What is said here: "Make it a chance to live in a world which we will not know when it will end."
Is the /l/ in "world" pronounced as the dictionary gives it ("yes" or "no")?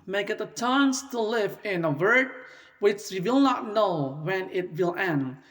no